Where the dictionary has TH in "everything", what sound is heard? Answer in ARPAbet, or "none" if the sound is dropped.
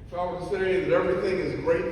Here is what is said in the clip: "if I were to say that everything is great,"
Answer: TH